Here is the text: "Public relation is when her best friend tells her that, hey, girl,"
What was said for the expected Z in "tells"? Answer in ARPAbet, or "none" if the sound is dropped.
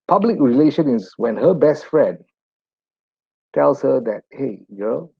S